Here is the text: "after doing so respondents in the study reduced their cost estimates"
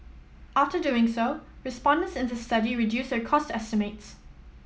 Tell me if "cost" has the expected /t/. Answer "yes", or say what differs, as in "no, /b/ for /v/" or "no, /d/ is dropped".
yes